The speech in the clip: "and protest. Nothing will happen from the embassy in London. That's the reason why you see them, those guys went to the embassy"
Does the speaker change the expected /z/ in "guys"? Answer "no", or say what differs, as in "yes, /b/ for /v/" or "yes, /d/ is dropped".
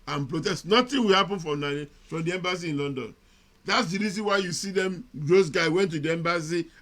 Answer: yes, /z/ is dropped